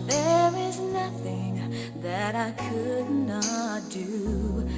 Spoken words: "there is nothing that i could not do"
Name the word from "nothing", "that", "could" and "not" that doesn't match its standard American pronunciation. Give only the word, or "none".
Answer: none